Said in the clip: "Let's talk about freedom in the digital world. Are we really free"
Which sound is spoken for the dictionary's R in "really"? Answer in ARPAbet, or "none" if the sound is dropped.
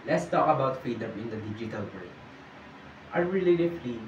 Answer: L